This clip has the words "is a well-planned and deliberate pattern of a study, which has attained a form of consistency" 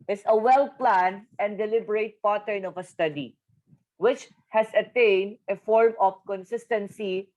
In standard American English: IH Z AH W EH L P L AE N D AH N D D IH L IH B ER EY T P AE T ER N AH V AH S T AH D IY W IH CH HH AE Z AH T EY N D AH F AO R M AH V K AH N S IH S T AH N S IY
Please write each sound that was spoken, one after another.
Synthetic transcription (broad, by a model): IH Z AH W EH L P L AE N D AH N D D IH L IH B ER EY T P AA T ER N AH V AH S T AH D IY W IH CH HH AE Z AH T EY N D AH F AO R M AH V K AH N S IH S T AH N S IY